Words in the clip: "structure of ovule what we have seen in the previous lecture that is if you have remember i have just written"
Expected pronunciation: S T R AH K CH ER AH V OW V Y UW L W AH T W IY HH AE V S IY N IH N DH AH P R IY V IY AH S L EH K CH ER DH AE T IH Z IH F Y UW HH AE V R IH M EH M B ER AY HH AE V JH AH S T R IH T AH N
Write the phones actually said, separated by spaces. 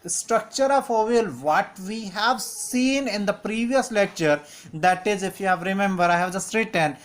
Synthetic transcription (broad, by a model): S T R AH K CH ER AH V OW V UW L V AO T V IY HH AE V S IY N IH N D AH P R IY V IY AH S L EH K CH ER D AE T IH Z IH F Y UW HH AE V R IH M EH M B ER AY HH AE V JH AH S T R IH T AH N